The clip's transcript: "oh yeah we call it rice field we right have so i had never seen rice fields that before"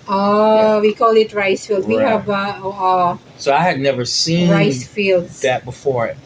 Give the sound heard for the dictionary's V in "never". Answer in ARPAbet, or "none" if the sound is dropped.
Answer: V